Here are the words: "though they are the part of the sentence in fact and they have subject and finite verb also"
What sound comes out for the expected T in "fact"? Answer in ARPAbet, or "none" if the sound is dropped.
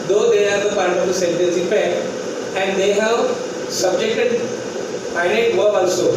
none